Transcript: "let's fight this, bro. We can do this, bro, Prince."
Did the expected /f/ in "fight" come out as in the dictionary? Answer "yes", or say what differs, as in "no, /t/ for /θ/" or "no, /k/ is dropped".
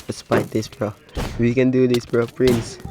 no, /p/ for /f/